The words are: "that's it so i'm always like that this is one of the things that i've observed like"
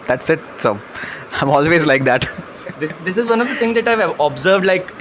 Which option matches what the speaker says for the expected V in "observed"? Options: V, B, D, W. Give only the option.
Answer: V